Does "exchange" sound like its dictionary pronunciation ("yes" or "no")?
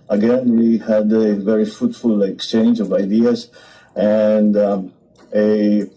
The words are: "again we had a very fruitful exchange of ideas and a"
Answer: yes